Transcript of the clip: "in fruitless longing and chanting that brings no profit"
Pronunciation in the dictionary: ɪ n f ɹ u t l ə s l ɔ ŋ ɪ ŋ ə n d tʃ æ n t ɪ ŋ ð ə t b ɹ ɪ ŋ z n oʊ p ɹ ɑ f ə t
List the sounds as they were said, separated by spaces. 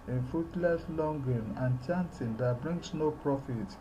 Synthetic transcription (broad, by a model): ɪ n f u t l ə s l ɔ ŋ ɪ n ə n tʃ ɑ n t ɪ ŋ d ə t b ɹ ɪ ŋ s n oʊ p ɹ ɑ f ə t